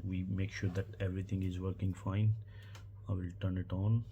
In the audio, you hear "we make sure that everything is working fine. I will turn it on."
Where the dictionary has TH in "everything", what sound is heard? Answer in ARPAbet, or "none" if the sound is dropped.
T